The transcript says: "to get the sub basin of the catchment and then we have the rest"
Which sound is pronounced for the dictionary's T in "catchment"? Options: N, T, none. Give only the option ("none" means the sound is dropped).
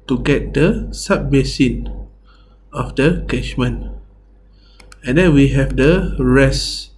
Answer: none